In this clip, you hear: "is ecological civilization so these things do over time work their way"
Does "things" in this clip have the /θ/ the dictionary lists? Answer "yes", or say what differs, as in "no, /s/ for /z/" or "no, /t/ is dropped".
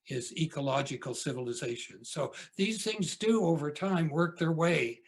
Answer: yes